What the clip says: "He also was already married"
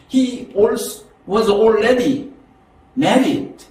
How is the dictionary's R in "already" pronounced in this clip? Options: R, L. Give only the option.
L